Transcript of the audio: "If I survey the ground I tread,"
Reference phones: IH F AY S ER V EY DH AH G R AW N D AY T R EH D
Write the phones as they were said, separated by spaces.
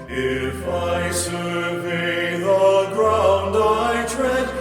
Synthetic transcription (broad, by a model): IH F AY SH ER B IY DH AH G R AW N D AY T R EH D